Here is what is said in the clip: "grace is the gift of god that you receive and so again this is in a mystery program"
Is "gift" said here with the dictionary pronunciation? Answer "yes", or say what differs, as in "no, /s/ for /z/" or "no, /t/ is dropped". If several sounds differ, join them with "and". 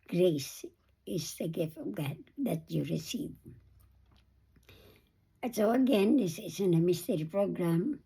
yes